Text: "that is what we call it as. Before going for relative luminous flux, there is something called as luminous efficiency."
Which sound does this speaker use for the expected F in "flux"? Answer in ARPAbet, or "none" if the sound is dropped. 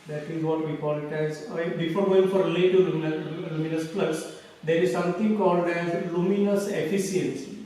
P